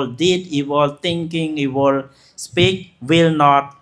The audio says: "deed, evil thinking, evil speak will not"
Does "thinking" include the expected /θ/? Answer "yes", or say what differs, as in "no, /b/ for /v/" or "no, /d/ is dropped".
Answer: no, /t/ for /θ/